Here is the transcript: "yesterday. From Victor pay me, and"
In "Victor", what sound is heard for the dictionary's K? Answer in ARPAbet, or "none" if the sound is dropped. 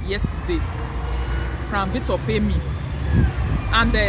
none